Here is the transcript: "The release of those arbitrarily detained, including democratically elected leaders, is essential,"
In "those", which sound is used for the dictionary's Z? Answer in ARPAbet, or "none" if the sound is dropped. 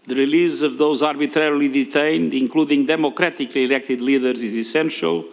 Z